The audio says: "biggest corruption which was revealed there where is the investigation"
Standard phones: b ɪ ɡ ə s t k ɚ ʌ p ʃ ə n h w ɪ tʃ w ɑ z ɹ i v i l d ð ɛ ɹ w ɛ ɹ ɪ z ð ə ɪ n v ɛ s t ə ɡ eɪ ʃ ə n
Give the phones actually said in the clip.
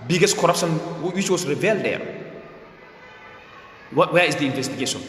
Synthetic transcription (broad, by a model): b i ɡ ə s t k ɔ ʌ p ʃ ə n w w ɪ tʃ w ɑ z ɹ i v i l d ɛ w w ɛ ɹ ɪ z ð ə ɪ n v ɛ s t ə ɡ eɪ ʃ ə n